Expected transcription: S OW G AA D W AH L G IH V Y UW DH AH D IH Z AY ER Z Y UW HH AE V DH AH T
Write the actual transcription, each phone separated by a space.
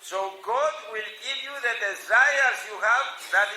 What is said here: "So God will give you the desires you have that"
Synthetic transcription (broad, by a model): S OW G AA D W AH L G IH V Y UW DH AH D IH Z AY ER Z Y UW HH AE V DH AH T